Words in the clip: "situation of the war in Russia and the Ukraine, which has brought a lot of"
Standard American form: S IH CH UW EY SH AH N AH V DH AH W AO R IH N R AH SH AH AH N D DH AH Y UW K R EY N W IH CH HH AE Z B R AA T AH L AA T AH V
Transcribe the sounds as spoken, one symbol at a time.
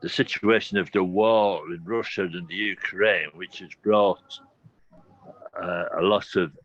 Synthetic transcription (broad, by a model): S IH CH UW EY SH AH N AH V DH AH W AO L IH N R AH SH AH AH N DH AH Y UW K R EY N W IH CH HH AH Z B R AA T AH L AA T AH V